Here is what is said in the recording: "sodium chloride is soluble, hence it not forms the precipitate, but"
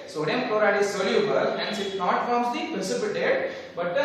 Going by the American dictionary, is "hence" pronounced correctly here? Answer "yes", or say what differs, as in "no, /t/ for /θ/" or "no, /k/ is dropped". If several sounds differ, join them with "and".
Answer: no, /ʃ/ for /s/